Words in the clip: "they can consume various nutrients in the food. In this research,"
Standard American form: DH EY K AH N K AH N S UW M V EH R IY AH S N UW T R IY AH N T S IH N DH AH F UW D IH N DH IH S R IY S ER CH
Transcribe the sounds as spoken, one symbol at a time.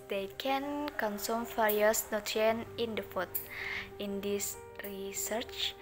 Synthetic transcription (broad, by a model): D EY K AH N K AH N S UW M F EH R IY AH S N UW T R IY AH N IH N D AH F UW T IH N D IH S R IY S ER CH